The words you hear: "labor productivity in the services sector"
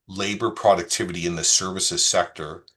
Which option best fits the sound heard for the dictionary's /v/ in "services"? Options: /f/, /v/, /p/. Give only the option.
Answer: /v/